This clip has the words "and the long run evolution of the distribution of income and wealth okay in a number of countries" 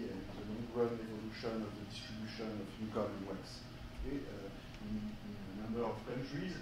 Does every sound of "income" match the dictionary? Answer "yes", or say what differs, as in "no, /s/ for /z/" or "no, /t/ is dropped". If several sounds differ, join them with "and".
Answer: no, /n/ is dropped